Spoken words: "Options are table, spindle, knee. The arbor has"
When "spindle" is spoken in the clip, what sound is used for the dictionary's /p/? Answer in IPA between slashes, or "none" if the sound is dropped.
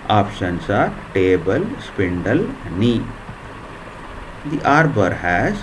/p/